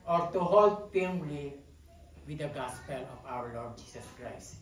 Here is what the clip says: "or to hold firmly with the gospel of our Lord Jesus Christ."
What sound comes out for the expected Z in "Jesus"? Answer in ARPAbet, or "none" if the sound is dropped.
S